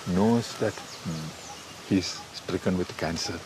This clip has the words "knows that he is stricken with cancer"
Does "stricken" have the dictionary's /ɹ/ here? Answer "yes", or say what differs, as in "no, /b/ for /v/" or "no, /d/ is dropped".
yes